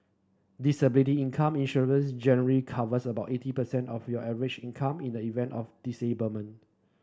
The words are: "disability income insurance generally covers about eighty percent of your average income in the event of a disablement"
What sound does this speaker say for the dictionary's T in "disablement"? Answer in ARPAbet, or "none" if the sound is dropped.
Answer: none